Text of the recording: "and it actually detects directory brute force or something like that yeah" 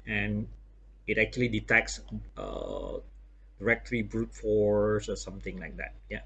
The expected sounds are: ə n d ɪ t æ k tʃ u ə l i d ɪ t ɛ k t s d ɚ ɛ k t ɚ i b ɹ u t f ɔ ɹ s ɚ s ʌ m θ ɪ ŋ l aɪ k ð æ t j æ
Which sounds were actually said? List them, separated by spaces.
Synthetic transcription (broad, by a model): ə n ɪ t æ k tʃ u ə l i d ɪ t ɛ k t s d ɚ ɛ k t ɚ i b ɹ u t f ɔ ɹ s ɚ s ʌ m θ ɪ ŋ l aɪ k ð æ t j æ